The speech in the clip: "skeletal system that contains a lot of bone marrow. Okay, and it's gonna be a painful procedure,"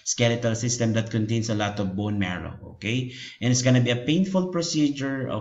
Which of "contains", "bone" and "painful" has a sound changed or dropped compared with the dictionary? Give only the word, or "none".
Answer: contains